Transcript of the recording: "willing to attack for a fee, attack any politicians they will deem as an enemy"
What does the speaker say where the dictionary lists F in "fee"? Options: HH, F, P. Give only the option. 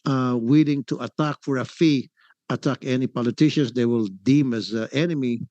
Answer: F